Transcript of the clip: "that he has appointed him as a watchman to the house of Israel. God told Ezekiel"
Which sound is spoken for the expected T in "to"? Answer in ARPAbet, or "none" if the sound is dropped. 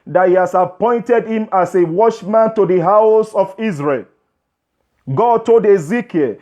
T